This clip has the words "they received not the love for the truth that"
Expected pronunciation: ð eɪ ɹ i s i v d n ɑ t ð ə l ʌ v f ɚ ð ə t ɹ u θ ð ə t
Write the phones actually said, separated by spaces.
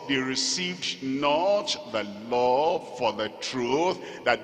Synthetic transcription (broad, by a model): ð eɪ ɹ i s i v d n ɑ t ð ə l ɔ f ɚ ð ə t ɹ u θ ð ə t